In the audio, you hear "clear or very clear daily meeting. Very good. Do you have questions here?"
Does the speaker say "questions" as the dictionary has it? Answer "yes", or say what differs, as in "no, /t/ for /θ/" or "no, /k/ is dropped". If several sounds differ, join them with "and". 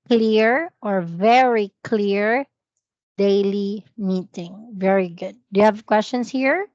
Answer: no, /s/ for /z/